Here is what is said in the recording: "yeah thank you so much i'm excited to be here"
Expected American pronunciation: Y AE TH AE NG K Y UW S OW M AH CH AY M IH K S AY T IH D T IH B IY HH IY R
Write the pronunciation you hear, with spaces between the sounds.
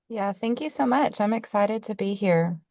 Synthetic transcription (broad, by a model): Y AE TH AE NG K Y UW S OW M AH CH AY M IH K S AY T IH D T IH B IY HH IY R